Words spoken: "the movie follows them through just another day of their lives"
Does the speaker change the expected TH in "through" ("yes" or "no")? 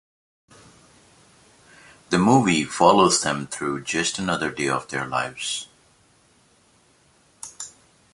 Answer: no